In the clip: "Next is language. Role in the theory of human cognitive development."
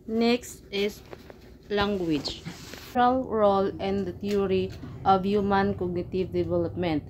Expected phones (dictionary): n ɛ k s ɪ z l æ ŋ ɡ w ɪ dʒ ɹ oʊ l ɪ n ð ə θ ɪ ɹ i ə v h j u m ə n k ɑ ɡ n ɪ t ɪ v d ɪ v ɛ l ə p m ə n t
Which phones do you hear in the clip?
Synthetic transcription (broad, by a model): n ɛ k s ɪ s l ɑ ŋ ɡ w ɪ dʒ ɹ oʊ l ɪ n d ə t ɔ ɹ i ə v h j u m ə n k ɑ ɡ n ɪ t ɪ v d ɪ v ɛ l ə p m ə n t